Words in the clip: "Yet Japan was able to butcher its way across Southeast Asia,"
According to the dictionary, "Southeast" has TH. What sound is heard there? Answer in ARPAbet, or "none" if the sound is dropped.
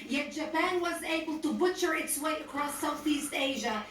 TH